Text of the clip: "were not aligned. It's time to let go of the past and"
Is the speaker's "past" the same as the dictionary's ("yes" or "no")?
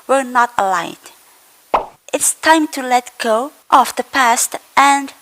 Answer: yes